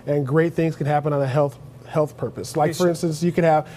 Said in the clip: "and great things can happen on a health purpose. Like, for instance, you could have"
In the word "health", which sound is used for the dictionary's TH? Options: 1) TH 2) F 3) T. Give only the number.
1